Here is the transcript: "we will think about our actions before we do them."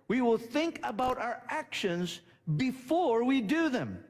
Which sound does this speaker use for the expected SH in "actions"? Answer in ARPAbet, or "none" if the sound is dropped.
SH